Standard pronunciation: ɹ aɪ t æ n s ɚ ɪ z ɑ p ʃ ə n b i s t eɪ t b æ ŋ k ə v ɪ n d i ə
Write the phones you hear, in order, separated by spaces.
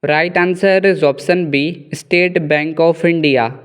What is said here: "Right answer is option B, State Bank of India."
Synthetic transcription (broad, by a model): ɹ aɪ t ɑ n s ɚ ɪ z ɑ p s ə n b i s t eɪ t b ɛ ŋ k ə f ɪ n d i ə